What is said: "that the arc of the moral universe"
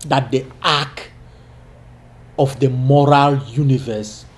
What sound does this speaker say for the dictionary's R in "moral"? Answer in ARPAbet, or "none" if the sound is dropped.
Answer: R